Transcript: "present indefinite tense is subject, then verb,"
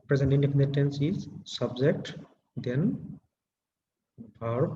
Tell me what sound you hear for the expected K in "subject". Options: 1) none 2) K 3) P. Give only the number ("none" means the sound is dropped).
2